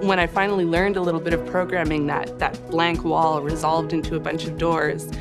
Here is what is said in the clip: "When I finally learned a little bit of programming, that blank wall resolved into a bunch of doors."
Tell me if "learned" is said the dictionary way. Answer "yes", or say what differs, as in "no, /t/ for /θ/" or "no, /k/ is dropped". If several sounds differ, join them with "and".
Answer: yes